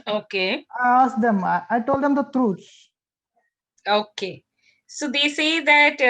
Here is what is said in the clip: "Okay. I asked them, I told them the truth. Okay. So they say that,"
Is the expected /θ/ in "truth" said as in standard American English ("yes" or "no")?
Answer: no